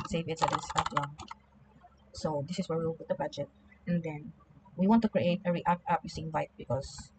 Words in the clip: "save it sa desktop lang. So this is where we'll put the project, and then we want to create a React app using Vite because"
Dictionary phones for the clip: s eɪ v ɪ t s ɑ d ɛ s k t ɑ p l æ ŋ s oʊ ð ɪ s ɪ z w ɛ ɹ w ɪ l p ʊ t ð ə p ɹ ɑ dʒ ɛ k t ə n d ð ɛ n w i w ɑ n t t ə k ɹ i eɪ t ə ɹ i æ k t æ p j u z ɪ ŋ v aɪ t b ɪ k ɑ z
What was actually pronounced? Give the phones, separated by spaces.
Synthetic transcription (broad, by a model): s eɪ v ɪ t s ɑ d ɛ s t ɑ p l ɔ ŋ s oʊ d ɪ s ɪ s w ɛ ɹ w ɪ l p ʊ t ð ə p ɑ dʒ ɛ t ə n d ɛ n w i w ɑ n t t ə k ɹ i eɪ t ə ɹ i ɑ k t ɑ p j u s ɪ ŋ v aɪ t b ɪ k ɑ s